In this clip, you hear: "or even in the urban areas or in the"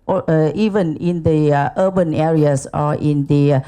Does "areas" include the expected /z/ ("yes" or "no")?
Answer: no